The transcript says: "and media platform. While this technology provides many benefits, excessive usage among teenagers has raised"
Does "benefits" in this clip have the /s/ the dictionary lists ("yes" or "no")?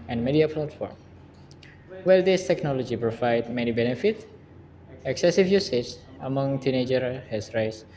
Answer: no